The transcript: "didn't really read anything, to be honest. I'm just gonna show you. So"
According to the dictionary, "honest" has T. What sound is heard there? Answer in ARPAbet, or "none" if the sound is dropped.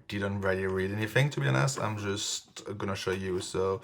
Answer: none